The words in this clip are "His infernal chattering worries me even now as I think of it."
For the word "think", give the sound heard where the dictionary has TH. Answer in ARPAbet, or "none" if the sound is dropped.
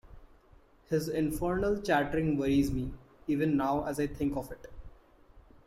T